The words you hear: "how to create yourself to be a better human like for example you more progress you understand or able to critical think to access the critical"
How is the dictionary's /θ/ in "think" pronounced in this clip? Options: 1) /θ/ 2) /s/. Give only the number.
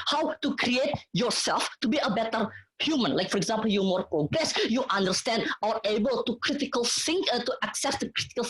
2